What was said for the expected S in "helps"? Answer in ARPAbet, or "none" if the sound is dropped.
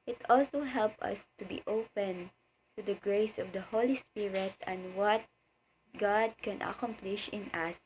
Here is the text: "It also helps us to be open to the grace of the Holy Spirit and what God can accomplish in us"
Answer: none